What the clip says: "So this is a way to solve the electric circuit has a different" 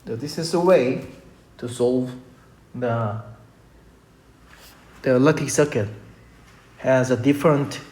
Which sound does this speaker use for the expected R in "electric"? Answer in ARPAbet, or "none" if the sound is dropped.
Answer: none